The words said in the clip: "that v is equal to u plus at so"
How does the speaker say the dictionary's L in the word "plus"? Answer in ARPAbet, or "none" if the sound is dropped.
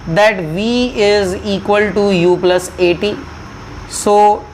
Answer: L